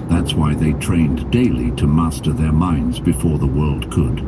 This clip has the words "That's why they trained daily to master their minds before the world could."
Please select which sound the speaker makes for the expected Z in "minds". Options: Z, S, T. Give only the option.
Z